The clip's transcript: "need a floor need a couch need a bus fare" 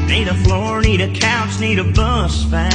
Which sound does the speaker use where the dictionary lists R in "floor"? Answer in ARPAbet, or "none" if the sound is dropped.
R